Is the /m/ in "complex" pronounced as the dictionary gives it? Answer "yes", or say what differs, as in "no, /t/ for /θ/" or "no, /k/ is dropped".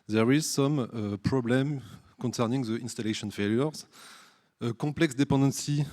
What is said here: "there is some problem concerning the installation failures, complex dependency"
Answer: no, /m/ is dropped